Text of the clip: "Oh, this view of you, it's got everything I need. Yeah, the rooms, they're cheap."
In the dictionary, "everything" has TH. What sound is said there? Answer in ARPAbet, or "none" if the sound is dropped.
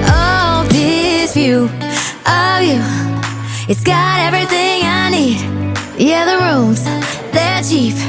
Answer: TH